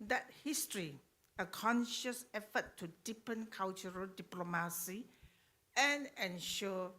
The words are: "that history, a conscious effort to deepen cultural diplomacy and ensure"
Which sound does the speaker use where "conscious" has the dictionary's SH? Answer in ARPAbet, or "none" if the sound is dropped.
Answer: SH